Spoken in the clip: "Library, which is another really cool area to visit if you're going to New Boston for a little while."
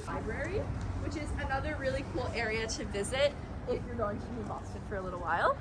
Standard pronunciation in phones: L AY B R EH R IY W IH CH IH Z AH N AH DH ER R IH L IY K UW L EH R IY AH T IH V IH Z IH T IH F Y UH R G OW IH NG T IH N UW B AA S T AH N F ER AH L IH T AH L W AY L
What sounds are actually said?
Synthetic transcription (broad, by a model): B AY B R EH R IY W IH CH IH Z AH N AH DH ER R IH L IY K UW L EH R IY AH T IH V IH Z IH T IH F Y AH R G OW IH NG T IH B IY B AA S T AH N F ER AH L IH T L W AY L